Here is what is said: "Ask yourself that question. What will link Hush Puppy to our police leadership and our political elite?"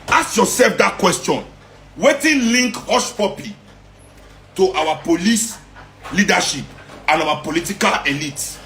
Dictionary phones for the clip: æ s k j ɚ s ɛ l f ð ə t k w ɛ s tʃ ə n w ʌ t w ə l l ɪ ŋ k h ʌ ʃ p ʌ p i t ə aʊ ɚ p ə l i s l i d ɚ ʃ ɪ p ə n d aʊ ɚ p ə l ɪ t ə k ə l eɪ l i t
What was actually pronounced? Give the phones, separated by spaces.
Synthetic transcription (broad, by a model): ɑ s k j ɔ s ɛ l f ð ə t k w ɛ s tʃ ə n w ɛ t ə n l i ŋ k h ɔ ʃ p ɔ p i t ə aʊ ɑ p ə l i s l i d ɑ ʃ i p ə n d aʊ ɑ p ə l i t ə k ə l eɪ l i t